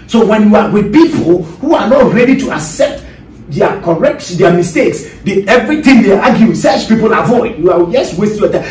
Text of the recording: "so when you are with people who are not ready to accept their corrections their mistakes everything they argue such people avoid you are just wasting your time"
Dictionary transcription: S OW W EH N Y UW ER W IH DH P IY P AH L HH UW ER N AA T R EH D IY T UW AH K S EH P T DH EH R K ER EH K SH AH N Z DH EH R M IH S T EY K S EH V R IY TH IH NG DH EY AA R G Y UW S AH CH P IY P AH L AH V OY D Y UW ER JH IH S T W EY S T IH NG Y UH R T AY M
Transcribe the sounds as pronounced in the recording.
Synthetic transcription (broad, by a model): S OW W EH N Y UW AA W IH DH P IY P AH L HH UW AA N AA T R EH D IY T UW AH K S EH P T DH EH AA K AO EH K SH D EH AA M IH S T EY K S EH V R IY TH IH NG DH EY AA G Y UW S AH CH P IY P AH L AH V OY D Y UW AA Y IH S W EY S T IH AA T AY